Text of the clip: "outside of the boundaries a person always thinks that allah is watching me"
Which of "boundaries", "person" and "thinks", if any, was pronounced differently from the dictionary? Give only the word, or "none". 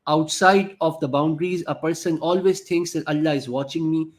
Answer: thinks